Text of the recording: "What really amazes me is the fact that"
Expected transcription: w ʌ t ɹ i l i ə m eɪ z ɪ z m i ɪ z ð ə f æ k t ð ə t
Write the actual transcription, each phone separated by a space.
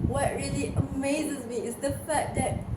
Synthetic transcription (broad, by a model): w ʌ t ɹ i l i ə m eɪ z ɪ z m i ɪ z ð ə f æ t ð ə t